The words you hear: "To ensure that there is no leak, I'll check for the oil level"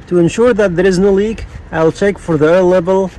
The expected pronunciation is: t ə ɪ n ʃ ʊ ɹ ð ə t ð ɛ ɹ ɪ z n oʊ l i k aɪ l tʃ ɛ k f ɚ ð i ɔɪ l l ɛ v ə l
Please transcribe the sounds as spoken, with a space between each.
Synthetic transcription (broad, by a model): t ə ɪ n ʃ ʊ ɹ ð ə t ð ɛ ɹ ɪ z n oʊ l i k aɪ l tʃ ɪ k f ɚ ð i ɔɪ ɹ l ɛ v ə l